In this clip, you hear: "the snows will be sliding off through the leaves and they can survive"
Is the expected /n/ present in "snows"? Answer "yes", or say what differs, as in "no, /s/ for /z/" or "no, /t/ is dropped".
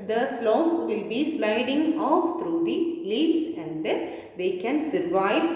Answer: no, /l/ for /n/